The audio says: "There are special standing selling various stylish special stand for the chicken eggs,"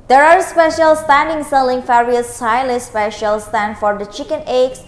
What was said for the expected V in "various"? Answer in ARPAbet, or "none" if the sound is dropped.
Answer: F